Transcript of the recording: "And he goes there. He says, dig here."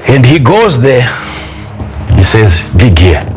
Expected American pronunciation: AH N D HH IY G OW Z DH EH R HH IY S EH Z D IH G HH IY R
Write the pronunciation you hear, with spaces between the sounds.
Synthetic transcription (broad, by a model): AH N D HH IY G OW Z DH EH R HH IY S EH Z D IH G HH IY